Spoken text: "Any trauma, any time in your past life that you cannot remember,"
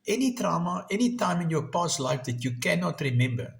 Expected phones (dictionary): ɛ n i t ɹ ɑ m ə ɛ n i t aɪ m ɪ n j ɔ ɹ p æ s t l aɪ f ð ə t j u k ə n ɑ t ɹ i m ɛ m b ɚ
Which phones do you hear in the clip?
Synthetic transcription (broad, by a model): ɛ n i t ɹ ɑ m ə ɛ n i t aɪ m ɪ n j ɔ p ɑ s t l aɪ f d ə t j u k ə n ɑ t ɹ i m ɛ m b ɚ